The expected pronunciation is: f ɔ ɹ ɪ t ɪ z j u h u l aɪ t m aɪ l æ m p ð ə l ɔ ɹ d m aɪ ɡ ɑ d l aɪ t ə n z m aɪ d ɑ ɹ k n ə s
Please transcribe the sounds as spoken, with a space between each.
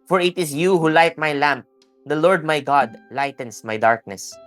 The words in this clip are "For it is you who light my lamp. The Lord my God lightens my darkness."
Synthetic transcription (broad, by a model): f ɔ ɹ ɪ t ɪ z j u h u l aɪ t m aɪ l æ m p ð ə l ɔ ɹ d m aɪ ɡ ɑ d l aɪ t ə n s m aɪ d ɑ ɹ k n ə s